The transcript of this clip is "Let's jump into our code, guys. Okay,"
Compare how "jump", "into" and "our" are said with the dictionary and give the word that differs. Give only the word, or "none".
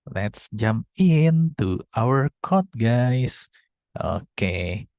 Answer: none